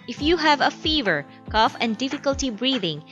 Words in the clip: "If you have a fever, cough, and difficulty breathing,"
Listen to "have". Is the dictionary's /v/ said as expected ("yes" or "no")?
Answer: yes